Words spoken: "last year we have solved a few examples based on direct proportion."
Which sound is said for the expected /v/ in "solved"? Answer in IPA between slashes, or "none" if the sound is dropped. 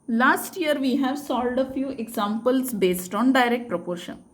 none